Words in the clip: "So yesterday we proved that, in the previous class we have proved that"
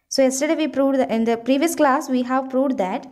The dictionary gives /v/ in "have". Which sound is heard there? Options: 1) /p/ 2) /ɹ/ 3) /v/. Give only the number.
3